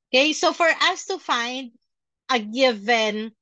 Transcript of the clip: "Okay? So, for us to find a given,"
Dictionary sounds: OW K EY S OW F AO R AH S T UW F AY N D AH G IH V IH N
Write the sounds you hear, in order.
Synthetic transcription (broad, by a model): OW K EY S OW F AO R AH S T UW F AY N D AH G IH V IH N